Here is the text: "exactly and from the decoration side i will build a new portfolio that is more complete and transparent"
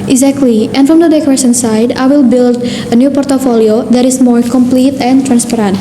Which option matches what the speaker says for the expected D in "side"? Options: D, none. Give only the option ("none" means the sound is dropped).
D